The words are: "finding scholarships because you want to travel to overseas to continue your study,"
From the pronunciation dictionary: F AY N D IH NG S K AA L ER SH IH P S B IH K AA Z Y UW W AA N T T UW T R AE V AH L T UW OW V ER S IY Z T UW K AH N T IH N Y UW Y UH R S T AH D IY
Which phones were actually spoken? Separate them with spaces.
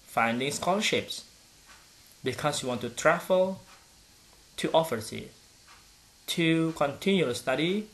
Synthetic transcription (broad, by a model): F AY N D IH NG S K AA L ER SH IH P S B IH K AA S Y UW W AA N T T UW T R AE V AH L T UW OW F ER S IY T UW K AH N T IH N Y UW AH S T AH D IY